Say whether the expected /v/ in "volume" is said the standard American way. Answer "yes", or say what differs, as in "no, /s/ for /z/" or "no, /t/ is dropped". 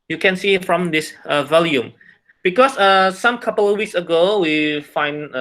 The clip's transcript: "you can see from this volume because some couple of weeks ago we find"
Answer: yes